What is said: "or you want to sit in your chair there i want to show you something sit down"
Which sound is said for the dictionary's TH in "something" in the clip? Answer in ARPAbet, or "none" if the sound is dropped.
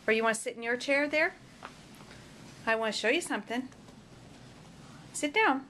TH